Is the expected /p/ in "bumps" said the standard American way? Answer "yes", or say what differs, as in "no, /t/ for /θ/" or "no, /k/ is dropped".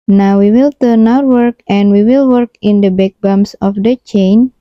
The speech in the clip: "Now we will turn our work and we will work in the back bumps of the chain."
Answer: no, /p/ is dropped